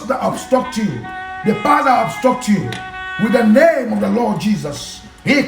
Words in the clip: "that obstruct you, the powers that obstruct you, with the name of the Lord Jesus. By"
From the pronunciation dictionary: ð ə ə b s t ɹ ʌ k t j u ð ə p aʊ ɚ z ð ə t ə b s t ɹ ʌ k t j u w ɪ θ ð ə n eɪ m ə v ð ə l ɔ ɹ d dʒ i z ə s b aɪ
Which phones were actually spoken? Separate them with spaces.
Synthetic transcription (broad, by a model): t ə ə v s t ʌ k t j u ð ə f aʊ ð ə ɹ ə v s t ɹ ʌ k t j u w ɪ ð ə n eɪ m ə v ð ə l ɔ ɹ d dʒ i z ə s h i